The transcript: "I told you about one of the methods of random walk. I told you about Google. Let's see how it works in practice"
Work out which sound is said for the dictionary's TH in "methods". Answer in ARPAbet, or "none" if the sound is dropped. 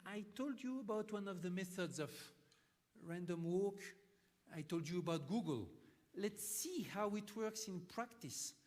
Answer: TH